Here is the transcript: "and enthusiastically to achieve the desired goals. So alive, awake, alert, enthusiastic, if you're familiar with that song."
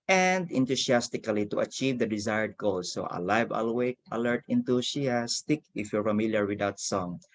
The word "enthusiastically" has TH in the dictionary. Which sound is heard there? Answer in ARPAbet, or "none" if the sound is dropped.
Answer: T